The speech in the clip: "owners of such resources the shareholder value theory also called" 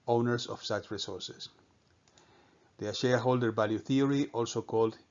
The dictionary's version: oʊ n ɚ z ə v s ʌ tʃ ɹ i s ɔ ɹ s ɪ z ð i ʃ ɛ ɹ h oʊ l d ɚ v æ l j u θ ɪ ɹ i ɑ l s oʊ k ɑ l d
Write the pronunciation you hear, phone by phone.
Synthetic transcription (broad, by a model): oʊ n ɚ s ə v s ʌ tʃ ɹ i s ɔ ɹ s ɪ s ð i ʃ ɛ ɹ h oʊ l d ɚ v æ l j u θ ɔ ɹ i ɑ l s oʊ k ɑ l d